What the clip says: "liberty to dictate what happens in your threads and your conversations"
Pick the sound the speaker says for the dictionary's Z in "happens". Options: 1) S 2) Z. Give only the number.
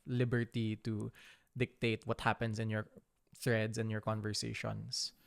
1